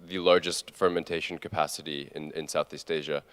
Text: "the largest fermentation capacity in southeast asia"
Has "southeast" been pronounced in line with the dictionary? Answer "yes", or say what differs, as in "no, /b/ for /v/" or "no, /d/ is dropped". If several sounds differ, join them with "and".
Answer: yes